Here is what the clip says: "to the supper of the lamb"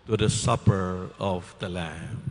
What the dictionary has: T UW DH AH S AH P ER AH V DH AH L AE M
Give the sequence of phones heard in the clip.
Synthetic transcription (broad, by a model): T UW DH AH S AH P ER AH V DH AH L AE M